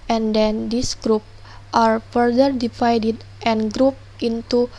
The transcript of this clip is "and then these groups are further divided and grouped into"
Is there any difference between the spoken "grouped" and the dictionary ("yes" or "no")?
no